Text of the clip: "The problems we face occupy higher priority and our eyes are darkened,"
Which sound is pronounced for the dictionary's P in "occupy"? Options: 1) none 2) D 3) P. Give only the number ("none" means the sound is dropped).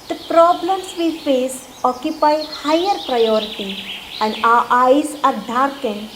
3